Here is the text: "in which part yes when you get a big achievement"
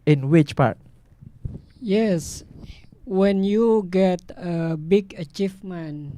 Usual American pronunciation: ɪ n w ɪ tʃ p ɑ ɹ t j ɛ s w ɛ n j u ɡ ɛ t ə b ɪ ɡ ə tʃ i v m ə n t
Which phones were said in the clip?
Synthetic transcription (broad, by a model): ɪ n w ɪ tʃ p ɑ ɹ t j ɛ s w ɛ n j u ɡ ɛ t ə b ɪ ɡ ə tʃ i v m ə n